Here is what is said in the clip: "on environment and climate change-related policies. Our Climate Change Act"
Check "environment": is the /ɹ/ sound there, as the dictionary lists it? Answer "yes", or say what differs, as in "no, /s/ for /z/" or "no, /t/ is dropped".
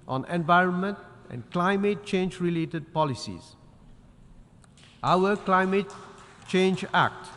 yes